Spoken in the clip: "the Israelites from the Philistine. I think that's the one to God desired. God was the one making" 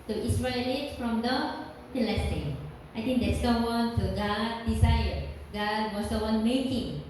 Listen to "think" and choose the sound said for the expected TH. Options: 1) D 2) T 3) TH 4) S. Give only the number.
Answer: 2